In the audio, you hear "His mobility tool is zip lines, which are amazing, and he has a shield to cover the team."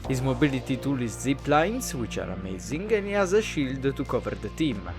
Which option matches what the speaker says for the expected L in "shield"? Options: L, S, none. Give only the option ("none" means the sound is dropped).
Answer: L